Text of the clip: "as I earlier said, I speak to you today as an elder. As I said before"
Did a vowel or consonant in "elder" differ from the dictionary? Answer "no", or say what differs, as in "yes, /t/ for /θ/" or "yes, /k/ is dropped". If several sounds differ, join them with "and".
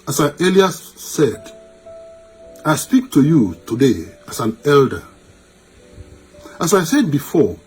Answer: no